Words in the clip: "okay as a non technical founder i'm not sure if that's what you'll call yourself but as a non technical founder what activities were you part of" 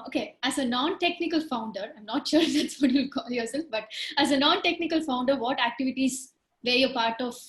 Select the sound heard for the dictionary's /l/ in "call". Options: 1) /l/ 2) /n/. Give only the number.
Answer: 1